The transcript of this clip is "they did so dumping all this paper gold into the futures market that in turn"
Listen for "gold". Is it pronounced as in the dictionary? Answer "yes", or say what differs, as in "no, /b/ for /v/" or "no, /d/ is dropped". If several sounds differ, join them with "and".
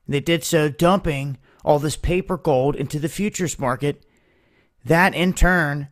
yes